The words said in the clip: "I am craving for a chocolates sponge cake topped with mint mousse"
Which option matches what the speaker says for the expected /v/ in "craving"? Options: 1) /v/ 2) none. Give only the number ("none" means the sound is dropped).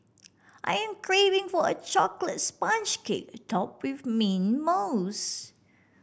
1